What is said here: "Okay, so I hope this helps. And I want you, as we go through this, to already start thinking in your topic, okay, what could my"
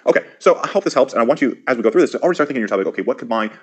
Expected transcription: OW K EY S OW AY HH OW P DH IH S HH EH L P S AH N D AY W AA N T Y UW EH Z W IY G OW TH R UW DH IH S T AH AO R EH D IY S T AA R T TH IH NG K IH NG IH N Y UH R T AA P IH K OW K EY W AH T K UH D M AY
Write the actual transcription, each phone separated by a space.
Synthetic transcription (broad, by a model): OW K EY S OW AY HH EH P DH IH S HH EH L P S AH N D AY W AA N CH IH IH Z W IY G OW TH R UW DH IH S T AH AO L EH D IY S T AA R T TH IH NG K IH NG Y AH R T AA P IH K OW K EY W AH T K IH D M AY